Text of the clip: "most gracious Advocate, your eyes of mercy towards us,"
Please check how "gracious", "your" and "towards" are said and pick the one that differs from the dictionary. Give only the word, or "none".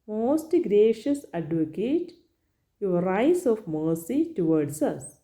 towards